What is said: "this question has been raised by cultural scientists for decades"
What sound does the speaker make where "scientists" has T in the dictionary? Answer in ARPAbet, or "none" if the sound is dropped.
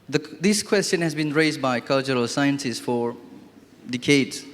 S